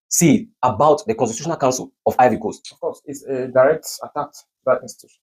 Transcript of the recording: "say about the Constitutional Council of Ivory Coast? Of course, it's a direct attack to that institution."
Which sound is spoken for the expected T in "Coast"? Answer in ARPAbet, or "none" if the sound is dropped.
none